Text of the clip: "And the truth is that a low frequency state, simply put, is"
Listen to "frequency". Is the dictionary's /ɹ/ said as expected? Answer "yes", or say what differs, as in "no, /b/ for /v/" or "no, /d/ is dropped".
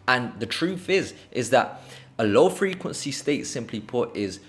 yes